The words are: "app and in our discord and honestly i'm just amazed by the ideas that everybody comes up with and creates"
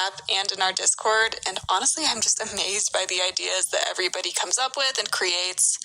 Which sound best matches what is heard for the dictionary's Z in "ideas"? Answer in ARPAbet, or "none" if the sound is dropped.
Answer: Z